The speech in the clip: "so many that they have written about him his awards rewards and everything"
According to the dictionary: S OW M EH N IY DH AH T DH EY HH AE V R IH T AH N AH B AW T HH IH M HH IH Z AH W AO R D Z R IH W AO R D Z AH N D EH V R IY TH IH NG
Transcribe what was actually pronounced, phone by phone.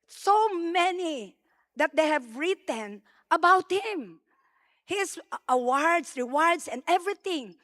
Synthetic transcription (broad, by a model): S OW M EH N IY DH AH T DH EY HH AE V R IH T AH N AH B AW T HH IH M HH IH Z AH W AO R D S R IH W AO R D S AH N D EH V R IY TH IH NG